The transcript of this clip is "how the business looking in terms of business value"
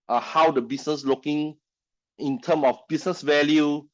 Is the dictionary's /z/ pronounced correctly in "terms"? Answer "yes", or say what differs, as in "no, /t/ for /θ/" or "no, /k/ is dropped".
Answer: no, /z/ is dropped